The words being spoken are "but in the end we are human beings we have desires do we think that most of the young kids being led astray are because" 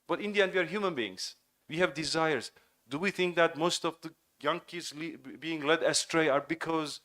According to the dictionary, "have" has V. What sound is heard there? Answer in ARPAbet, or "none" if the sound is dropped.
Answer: V